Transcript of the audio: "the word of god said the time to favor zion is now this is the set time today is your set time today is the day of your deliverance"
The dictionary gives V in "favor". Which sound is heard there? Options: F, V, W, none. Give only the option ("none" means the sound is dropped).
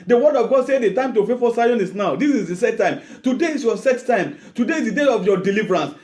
F